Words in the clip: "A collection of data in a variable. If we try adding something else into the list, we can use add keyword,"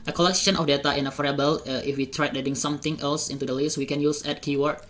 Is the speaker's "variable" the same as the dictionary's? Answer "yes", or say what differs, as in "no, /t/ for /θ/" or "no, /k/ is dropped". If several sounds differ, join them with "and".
no, /f/ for /v/